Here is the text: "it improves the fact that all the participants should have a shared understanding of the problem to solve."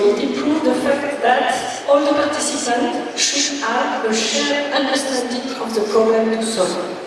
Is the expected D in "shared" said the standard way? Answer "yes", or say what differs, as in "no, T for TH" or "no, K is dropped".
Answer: no, D is dropped